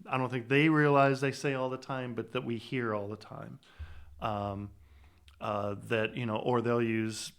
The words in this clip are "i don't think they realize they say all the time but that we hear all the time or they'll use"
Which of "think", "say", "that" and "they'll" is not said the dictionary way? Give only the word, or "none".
none